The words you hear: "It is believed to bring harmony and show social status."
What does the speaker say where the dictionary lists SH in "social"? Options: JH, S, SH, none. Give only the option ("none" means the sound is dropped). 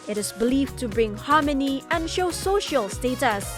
SH